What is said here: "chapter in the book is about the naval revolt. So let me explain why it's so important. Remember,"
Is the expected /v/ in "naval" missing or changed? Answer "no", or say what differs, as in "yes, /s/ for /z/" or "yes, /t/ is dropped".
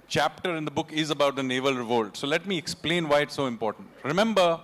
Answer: no